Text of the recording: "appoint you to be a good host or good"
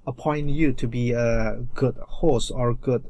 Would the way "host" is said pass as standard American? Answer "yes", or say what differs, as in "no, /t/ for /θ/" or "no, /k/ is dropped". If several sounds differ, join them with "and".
no, /t/ is dropped